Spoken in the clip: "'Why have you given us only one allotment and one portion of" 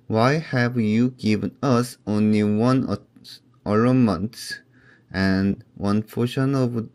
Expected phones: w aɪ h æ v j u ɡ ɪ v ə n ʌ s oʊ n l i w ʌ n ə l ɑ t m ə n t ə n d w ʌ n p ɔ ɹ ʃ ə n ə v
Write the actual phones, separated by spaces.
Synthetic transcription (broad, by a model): w aɪ h æ v j u ɡ ɪ v ə n ʌ s oʊ n l i w ʌ n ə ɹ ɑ m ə n t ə n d w ʌ n f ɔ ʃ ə n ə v